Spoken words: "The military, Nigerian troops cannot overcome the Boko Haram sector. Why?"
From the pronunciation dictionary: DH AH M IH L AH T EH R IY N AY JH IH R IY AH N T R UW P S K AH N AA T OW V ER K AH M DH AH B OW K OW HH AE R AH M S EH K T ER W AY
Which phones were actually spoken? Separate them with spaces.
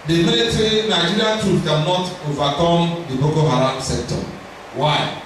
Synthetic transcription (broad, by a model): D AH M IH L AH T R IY N AY JH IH R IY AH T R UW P K AH N AA T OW V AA K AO M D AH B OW K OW HH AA R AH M S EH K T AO W AY